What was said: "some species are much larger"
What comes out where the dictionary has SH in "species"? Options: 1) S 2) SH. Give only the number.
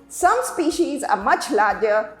2